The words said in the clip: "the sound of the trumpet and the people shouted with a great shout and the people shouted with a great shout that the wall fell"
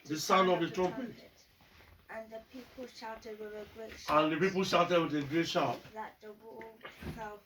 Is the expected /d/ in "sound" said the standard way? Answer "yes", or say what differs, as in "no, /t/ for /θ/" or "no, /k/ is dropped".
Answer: no, /d/ is dropped